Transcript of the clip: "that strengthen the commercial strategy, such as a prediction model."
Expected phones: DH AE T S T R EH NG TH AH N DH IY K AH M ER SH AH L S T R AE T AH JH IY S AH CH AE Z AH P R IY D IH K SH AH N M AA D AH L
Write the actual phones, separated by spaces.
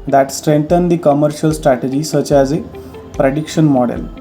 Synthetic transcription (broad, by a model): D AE T S T R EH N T AH N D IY K AH M ER SH AH L S T R AE T AH JH IY S AH CH AE Z AH P R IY D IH K SH AH N M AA D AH L